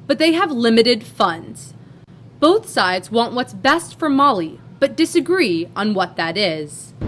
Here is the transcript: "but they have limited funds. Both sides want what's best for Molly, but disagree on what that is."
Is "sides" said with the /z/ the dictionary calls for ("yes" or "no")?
yes